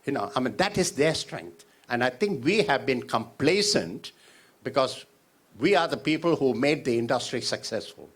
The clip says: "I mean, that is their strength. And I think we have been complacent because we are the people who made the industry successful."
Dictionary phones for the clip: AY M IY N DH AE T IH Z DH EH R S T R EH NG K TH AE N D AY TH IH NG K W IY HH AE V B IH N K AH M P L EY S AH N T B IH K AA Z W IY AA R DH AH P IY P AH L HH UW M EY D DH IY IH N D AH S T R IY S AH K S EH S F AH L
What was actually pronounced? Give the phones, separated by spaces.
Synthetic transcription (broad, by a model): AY M IY N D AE T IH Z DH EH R S T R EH NG K T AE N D AY T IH NG K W IY HH AE V B IH N K AH M P L EY S AH N T B IH K AA Z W IY AA R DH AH P IY P AH L HH UW M EY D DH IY IH N D AH S T R IY S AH K S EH S F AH L